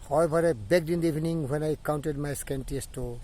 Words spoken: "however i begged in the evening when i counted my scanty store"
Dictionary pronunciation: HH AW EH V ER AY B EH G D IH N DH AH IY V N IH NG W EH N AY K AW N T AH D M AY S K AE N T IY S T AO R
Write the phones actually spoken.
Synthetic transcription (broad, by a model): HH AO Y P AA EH B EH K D IH N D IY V N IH NG W EH N AY K AW N T AH D M AY S K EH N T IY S T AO